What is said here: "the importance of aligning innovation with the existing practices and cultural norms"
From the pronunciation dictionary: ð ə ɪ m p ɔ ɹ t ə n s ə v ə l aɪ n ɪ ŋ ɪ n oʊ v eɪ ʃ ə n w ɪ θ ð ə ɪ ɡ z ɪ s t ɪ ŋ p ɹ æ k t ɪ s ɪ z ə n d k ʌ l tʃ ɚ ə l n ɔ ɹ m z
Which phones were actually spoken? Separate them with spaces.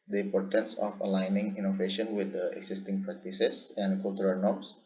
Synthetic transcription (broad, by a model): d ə ɪ m p ɔ ɹ t ə n s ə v ə l aɪ n ɪ ŋ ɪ n oʊ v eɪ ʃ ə n w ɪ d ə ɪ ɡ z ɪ s t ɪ ŋ p ɹ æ k t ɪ s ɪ s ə n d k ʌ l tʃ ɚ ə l n ɔ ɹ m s